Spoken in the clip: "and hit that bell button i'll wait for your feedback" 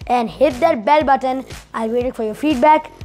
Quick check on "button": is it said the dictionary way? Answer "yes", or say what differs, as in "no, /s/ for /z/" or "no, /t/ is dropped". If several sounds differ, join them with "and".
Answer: yes